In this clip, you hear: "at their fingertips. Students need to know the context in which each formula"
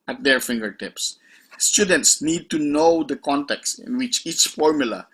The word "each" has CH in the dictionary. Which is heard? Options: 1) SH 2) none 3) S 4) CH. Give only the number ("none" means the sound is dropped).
4